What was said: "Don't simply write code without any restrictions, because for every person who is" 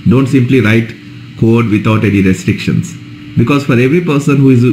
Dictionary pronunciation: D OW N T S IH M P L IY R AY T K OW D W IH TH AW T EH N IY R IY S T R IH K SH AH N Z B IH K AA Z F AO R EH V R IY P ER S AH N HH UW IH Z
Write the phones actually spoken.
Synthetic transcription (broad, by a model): D OW N T S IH M P L IY R AY T K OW D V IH T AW T EH N IY R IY S T R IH K SH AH N S B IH K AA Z F AO R EH V R IY P ER S AH N HH UW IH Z